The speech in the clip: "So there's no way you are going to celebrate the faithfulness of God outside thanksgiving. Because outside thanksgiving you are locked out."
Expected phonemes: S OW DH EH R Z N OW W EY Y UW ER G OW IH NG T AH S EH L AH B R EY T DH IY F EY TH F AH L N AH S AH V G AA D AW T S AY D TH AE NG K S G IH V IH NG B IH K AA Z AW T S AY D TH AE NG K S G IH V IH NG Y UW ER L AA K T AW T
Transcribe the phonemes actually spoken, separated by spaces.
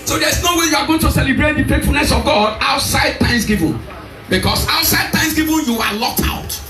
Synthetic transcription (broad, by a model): S OW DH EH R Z N OW W EY Y UW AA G OW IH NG T AH S EH L AH B R EY T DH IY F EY T F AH L N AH S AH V G AA D AW T S AY D T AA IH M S G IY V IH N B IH K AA S AW T S AY D T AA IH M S G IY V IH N Y UW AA L AA K T AW T